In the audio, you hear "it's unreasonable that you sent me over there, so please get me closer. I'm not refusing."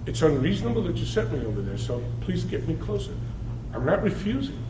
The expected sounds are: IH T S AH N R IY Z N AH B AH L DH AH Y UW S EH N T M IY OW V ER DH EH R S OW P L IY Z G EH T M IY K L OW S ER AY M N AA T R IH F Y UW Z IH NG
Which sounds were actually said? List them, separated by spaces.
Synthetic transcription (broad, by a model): IH T S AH N R IY Z N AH B L DH AH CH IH S EH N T M IY OW V ER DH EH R S OW P L IY Z G EH T M IY K L OW S ER AY M N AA T R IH F Y UW Z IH NG